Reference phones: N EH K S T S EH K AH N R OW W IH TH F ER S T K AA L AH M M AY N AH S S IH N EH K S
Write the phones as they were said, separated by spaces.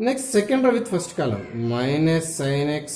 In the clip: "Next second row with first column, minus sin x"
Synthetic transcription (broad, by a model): N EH K S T S EH K AH N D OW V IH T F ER S T K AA L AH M M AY N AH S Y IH N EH K S